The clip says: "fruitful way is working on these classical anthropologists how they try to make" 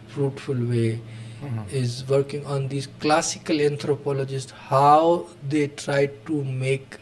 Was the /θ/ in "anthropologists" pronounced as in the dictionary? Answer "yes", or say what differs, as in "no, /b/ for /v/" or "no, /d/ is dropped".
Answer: no, /t/ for /θ/